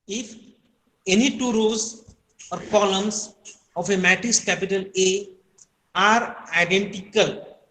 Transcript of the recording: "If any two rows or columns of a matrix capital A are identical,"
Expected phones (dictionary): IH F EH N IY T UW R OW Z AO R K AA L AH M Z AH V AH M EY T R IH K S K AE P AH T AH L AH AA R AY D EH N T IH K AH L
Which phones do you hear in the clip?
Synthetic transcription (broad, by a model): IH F EH N IY T UW R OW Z AO R K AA L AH M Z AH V AH M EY T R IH S K AE P AH T AH L AH AA R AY D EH N T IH K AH L